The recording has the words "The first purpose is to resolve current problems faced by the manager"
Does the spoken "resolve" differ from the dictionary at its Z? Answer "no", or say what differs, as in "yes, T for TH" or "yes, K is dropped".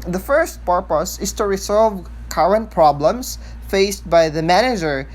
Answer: yes, S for Z